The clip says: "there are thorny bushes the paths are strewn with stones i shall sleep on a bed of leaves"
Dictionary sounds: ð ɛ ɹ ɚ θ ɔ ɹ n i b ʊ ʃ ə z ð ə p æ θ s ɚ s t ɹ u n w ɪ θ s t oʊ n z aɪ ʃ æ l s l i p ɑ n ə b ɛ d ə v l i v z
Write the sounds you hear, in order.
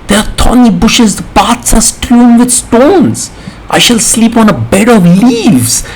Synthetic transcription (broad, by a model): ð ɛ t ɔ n i b ʊ ʃ ə z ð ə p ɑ t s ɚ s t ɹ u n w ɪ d s t oʊ n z aɪ ʃ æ l s l i p ɑ n ə b ɛ d ə v l i v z